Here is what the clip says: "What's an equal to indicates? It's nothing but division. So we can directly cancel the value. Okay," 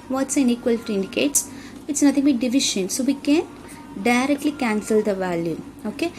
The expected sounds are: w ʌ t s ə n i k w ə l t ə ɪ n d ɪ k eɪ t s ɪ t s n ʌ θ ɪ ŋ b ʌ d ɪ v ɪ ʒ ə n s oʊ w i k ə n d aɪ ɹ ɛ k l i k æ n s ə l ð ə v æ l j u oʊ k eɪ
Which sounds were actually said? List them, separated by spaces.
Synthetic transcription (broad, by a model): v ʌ t s ə n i k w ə l t ə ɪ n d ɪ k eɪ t s ɪ t s n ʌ t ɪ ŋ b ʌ d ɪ v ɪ ʃ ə n s oʊ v i k ə n d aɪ ɹ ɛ k l i k æ n s ə l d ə v æ l j u oʊ k eɪ